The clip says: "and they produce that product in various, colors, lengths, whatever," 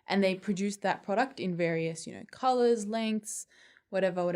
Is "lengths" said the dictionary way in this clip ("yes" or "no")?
yes